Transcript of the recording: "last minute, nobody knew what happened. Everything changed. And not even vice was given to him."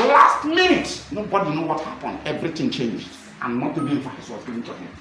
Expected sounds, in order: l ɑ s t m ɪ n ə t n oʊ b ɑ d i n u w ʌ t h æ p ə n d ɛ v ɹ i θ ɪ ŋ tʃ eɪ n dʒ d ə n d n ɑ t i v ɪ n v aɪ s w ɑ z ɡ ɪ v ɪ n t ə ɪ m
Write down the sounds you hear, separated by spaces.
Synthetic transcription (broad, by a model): l ɑ s t m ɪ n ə t n oʊ b ɑ d i n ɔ w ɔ t h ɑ p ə n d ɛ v ɹ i t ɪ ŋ tʃ eɪ n dʒ d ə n n ɑ t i b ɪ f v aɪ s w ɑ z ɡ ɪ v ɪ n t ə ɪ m